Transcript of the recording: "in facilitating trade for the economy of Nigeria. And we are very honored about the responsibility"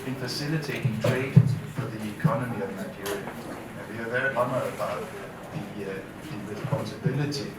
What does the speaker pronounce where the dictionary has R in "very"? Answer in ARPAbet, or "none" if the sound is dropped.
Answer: none